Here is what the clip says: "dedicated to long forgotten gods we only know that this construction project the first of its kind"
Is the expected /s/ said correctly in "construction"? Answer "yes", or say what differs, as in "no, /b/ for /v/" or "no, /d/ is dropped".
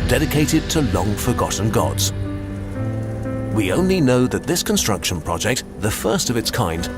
yes